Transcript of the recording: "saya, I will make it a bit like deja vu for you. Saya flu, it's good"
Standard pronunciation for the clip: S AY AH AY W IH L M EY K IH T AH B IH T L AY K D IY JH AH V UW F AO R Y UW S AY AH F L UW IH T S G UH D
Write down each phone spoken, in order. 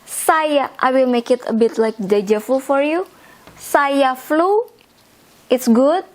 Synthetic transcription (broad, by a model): S AY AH AY W IH L M EY K IH T AH B IH T L AY K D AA JH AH F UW F AO R Y UW S AY AH F L UW IH T S G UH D